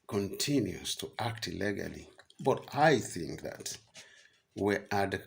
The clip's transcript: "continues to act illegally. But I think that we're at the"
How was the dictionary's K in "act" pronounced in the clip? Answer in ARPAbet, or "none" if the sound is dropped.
K